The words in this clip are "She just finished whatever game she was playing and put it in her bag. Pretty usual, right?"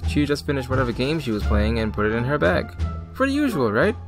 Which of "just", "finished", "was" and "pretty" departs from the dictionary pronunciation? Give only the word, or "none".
pretty